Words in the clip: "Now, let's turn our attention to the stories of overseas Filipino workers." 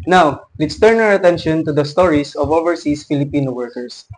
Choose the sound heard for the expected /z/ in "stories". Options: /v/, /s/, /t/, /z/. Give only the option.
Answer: /s/